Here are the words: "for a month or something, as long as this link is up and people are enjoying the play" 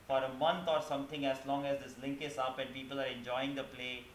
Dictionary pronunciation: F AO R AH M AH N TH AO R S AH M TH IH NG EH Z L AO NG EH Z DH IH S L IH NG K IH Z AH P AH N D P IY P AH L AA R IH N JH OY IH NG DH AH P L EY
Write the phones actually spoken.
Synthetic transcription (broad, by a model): F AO R AH M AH N T AO R S AH M T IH NG EH Z L AO NG EH Z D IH S L IH NG K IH S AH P AH N D P IY P AH L AA R IH N JH OY IH NG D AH P L EY